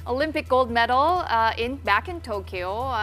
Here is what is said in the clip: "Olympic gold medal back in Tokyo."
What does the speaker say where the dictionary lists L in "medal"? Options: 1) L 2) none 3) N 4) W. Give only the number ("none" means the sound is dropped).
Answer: 3